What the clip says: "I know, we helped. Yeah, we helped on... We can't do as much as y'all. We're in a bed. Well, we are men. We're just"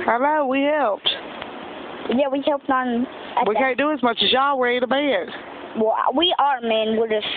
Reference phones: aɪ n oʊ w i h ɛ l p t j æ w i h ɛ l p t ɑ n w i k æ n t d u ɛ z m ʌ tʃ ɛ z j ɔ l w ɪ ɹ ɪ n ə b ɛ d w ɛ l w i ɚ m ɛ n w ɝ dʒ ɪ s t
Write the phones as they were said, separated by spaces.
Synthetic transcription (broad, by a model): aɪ l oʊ w i h ɛ l p t j æ w i h ɛ l p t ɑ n w i k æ n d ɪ z m ʌ tʃ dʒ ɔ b w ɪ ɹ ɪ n ə b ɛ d w ɛ l w i ɚ m ɛ n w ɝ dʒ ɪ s